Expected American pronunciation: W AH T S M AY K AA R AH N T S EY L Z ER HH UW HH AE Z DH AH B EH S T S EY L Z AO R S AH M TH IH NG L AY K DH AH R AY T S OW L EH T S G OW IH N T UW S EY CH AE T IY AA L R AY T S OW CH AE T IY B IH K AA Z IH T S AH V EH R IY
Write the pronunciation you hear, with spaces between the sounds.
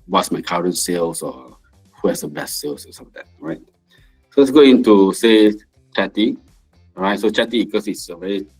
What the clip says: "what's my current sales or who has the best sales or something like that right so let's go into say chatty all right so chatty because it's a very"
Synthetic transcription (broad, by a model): W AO T S M AY K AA R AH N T S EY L S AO HH UW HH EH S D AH B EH S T S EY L S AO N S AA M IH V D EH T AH R AY T S OW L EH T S G OW IH N T UW S EY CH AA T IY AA R AY T S OW CH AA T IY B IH K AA S IH T S AH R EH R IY